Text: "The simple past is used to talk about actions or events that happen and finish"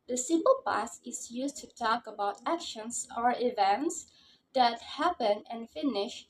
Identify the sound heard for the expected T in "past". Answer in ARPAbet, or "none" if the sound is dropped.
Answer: none